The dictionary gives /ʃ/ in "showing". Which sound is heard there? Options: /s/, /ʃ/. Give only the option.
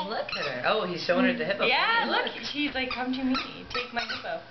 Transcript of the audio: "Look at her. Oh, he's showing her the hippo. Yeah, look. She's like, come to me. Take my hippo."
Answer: /s/